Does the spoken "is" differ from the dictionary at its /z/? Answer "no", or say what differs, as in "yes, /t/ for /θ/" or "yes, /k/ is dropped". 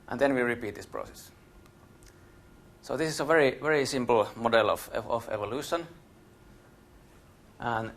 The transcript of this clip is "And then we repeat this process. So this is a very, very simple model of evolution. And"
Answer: yes, /s/ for /z/